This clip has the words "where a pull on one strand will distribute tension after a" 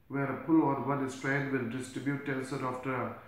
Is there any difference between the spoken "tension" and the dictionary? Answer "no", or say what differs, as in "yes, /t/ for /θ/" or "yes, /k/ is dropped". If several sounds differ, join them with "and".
yes, /s/ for /ʃ/